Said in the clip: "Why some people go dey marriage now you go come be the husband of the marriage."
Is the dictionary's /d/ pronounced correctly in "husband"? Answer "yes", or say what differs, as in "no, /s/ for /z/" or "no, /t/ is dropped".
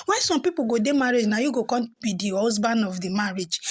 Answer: no, /d/ is dropped